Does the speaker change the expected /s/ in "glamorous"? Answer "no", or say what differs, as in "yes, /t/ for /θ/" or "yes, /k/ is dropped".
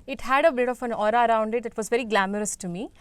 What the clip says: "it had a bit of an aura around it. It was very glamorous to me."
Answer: no